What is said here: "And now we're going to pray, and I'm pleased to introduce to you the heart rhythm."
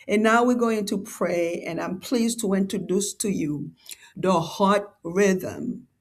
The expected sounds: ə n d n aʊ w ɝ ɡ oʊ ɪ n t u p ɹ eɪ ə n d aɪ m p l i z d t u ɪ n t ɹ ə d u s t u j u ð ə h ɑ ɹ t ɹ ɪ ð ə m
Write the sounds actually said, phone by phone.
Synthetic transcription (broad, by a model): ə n n aʊ w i ɡ oʊ ɪ n t u p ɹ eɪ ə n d aɪ m p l i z t u ɪ n t ɹ ə d u s t u j u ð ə h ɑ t ɹ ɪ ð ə m